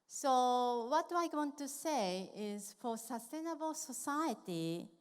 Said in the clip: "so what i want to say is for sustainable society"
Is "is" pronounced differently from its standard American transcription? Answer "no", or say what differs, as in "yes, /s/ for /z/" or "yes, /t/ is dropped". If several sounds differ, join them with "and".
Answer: no